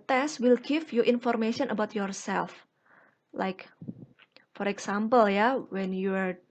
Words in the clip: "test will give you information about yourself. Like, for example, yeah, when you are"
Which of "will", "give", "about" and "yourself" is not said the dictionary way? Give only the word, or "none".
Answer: give